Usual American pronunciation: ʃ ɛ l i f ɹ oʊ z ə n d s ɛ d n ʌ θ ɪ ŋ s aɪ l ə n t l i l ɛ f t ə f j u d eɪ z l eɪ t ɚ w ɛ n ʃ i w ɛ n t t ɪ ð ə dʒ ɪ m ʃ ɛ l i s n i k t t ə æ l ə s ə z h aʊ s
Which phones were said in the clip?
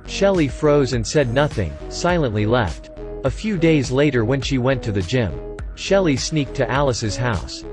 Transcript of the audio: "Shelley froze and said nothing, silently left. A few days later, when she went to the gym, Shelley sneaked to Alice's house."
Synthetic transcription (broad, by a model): ʃ ɛ l i f ɹ oʊ z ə n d s ɛ d n ʌ θ ɪ ŋ s aɪ l ə n t l i l ɛ f t ə f j u d eɪ z l eɪ t ɚ w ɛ n ʃ i w ɛ n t t ɪ ð ə dʒ ɪ m ʃ ɛ l i s n i k t t æ l ə s ə z h aʊ s